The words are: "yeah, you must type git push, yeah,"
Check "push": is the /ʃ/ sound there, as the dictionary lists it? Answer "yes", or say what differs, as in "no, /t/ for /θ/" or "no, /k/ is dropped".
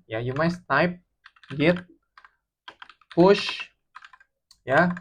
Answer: yes